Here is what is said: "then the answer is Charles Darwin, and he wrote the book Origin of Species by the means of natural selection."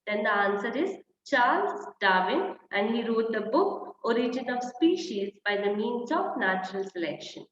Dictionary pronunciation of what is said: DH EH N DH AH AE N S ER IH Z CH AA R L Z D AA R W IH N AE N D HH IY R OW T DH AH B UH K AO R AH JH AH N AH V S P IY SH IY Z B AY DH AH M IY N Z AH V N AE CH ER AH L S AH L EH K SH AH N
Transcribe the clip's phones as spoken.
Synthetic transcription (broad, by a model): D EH N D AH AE N S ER IH Z CH AA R L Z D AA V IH N AE N D HH IY R OW T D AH B UH K AO R AH JH AH N AH V S P IY SH IY Z B AY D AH M IY N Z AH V N AE CH ER AH L S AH L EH K SH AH N